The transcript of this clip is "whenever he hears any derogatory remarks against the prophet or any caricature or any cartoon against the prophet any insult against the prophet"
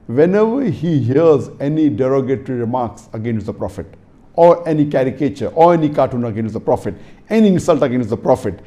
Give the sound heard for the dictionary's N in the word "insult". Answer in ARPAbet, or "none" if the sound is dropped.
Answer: none